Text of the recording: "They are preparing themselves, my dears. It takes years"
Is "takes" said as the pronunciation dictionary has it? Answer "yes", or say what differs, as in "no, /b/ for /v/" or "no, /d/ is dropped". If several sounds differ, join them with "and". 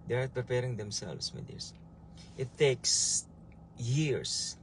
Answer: yes